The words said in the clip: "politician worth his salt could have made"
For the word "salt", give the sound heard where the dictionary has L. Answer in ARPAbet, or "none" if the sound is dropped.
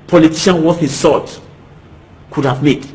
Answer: none